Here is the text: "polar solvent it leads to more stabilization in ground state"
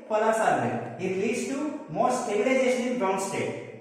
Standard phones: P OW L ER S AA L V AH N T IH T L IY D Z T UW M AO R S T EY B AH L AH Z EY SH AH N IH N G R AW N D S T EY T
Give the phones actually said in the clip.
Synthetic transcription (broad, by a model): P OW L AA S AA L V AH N IH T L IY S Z T UW M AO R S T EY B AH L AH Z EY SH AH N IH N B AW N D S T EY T